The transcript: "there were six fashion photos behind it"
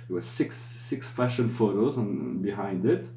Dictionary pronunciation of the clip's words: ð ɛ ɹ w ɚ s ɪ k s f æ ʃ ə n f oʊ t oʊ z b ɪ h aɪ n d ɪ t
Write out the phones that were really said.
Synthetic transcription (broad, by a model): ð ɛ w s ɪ s ɪ k s f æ ʃ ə n f oʊ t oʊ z b ɪ h aɪ n d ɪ t